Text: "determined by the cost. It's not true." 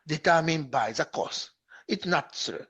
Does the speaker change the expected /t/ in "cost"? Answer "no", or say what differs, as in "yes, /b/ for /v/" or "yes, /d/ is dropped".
yes, /t/ is dropped